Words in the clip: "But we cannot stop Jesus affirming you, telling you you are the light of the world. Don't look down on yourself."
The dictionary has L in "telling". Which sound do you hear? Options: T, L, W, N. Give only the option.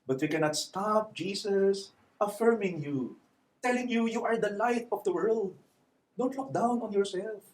L